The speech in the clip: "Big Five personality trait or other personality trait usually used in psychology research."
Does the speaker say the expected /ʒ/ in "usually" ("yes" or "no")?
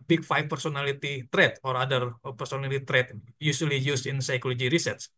no